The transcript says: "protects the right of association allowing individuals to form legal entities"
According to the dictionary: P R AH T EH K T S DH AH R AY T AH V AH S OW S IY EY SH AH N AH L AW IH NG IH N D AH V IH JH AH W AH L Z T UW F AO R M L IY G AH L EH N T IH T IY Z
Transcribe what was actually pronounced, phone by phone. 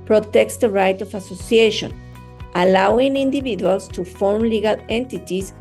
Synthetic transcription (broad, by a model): P R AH T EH K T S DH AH R AY T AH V AH S OW S IY EY SH AH N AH L AW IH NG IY N D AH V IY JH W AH L S T UW F AO R M L IY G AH L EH N T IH T IY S